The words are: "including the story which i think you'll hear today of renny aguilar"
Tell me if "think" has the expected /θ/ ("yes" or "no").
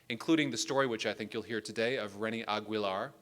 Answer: yes